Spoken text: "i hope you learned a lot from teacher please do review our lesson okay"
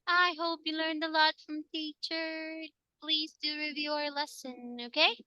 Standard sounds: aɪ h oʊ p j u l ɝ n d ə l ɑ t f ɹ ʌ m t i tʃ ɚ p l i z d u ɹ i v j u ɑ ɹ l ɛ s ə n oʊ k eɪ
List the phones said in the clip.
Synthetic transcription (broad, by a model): aɪ h oʊ p j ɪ l ɝ n d ə l ɑ t f ɹ ʌ m t i tʃ ɚ p l i z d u ɹ i v j u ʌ ɹ l ɛ s ə n oʊ k eɪ